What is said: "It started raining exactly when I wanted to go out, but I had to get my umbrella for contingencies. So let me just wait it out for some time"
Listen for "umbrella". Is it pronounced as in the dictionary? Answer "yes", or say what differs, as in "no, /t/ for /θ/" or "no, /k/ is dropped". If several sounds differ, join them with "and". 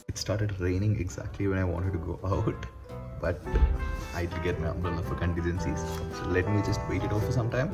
no, /ɹ/ is dropped